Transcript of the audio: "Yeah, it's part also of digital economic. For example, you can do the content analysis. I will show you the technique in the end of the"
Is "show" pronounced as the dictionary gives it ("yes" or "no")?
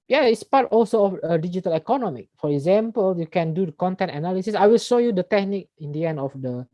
yes